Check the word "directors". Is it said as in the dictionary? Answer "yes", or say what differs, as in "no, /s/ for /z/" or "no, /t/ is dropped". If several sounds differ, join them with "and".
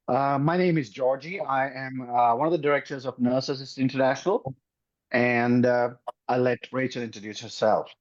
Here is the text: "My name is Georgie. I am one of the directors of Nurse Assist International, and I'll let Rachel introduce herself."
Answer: yes